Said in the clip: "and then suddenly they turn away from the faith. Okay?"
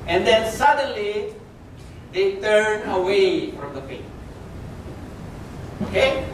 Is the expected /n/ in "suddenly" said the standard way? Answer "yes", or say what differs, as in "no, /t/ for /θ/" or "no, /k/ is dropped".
yes